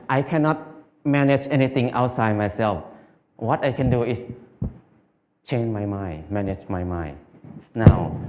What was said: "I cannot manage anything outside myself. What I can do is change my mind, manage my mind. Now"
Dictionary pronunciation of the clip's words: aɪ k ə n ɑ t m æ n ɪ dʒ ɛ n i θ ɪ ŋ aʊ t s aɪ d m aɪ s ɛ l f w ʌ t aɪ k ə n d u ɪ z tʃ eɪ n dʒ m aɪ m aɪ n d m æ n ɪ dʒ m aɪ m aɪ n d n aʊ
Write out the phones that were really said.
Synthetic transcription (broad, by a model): aɪ k ə n ɑ t m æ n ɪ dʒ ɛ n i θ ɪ ŋ aʊ t s aɪ d m aɪ s ɛ l f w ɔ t aɪ k ə n d u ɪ s tʃ eɪ n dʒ m aɪ m aɪ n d m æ n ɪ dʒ m aɪ m aɪ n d n aʊ